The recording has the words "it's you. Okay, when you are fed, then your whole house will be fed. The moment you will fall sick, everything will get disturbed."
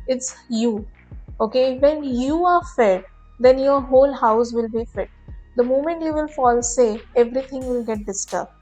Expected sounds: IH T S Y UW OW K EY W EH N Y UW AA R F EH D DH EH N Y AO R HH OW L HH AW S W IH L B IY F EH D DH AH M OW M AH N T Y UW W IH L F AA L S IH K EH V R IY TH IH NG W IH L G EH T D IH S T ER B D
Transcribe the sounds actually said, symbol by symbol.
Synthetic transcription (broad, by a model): IH T S Y UW OW K EY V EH N Y UW AA R F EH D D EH N Y AO R HH OW L HH AW S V IH L B IY F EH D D AH M OW M AH N T Y UW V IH L F AA L S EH EH V R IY T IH NG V IH L G EH T D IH S T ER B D